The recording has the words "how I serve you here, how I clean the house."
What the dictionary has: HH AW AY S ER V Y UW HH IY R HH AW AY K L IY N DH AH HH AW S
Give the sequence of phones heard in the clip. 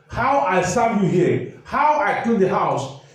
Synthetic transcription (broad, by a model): HH AW AY S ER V Y UW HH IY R HH AW AY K IY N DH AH HH AW S